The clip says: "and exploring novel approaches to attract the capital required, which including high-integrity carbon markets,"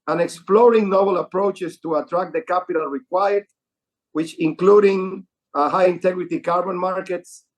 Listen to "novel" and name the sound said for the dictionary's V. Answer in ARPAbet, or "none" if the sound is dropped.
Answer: B